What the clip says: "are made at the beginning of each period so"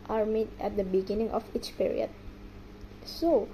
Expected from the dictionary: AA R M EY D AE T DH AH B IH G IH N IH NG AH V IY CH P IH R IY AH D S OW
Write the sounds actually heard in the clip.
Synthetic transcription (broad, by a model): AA R M EY D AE T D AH B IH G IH N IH NG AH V IY CH P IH R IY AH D S OW